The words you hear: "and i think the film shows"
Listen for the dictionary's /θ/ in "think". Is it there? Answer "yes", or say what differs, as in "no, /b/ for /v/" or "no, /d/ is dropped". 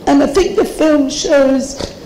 yes